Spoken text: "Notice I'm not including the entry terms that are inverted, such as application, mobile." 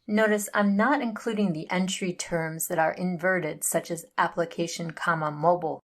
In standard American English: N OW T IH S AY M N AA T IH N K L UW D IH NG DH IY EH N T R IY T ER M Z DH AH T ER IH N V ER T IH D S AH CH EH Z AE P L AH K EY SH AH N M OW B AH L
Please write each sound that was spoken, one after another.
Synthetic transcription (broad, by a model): N OW T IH S AY M N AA T IH N K L UW D IH NG DH IY EH N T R IY T ER M Z DH AH T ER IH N V ER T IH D S AH CH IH Z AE P L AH K EY SH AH N M OW B L